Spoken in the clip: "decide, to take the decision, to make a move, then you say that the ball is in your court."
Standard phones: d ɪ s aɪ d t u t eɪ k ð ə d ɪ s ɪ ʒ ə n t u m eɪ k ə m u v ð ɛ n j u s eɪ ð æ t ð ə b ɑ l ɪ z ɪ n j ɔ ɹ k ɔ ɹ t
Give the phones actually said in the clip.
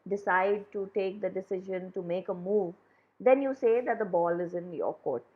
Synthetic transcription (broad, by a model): d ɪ s aɪ d t u t eɪ k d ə d ɪ s ɪ ʒ ə n t u m eɪ k ə m u v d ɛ n j u s eɪ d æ t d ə b ɑ l ɪ z ɪ n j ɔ k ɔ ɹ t